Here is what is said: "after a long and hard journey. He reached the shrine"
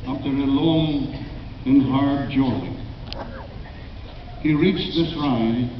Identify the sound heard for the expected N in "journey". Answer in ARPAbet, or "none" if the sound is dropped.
L